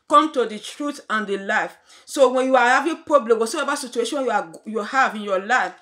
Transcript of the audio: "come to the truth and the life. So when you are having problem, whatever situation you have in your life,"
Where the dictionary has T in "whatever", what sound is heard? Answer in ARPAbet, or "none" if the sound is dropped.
S